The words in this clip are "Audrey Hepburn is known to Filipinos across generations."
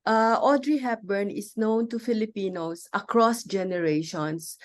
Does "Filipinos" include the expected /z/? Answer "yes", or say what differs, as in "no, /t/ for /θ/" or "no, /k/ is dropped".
no, /s/ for /z/